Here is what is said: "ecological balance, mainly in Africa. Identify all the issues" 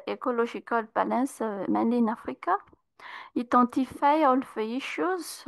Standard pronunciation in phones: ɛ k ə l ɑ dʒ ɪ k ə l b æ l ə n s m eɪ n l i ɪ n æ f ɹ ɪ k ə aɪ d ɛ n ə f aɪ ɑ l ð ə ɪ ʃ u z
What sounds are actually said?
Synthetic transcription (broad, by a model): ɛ k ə l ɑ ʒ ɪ k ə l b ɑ l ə s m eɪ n i n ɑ f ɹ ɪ k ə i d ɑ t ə f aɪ ɑ l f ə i ʃ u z